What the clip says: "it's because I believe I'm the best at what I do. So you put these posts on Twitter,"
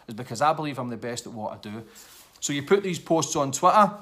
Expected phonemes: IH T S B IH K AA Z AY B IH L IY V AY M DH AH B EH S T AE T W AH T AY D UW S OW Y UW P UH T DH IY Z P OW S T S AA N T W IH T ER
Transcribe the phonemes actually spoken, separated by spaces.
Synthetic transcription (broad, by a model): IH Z B IH K AA Z AY B IH L IY V AY M DH AH B EH S T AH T W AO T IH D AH S OW Y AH P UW T DH IY Z P OW S T S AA N T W IH T ER